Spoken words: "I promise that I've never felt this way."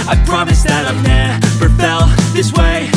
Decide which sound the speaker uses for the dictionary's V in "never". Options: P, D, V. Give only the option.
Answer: P